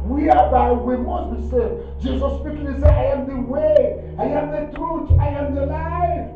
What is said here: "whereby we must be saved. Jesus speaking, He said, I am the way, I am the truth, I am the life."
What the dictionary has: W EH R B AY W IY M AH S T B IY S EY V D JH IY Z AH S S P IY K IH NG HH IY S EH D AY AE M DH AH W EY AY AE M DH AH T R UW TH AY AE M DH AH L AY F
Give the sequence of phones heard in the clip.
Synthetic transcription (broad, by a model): W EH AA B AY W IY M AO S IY S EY D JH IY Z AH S S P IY K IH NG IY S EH AY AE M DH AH W EY AY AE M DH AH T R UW T AY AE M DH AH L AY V